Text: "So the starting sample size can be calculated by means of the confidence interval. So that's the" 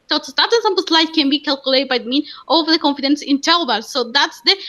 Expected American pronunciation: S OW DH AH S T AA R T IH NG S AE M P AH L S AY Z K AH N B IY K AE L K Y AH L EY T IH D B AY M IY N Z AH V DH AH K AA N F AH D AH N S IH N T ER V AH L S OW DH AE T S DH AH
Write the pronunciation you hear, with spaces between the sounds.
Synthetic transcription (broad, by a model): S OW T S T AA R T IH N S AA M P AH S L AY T K AH N B IY K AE L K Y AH L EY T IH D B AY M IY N AH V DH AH K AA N F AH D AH N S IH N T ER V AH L S OW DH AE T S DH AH